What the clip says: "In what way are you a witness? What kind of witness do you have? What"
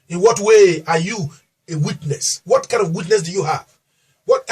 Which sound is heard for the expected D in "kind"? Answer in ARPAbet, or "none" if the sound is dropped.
none